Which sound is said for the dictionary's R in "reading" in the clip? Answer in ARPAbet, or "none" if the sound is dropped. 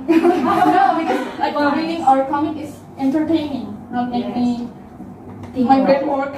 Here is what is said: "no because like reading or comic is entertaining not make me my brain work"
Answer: W